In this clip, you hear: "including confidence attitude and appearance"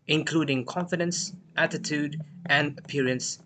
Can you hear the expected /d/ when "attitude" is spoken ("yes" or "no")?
yes